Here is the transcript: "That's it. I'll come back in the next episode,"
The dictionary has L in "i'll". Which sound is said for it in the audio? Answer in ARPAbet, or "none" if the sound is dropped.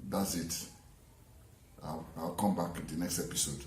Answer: W